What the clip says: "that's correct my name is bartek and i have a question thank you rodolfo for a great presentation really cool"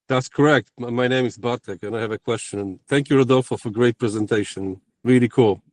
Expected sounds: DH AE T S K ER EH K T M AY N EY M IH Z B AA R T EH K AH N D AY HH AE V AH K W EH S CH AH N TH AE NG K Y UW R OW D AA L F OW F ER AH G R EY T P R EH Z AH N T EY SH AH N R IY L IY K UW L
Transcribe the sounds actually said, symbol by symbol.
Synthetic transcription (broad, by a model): DH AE T S K ER EH K T M AY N EY M IH Z B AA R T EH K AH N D AY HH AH V AH K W EH S CH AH N TH AE NG K Y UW R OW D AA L F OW F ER AH G R EY T P R EH Z AH N T EY SH AH N R IY L IY K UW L